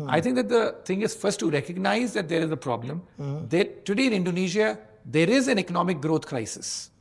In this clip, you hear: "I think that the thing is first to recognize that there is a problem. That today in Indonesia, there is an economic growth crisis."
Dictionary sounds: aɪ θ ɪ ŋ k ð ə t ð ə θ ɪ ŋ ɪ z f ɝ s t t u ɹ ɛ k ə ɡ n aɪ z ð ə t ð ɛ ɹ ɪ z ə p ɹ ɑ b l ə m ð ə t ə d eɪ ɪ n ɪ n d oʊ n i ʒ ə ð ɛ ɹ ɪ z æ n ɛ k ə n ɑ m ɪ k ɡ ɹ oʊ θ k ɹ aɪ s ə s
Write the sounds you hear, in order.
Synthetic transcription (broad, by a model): aɪ t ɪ ŋ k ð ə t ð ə t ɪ ŋ ɪ z f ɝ s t t u ɹ ɛ k ə ɡ n aɪ z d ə t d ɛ ɹ ɪ z ə p ɹ ɑ b l ə m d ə t ə d eɪ ɪ n ɪ n d oʊ n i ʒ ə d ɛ ɹ ɪ z æ n ɛ k ə n ɑ m ɪ k ɡ ɹ oʊ t k ɹ aɪ s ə s